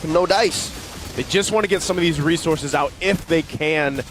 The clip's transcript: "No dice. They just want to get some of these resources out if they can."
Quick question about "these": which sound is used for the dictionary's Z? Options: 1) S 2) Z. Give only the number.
2